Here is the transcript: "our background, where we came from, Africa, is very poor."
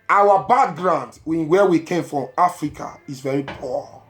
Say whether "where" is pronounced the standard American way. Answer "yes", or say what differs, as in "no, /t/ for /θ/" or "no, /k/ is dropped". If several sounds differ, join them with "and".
no, /w/ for /ɹ/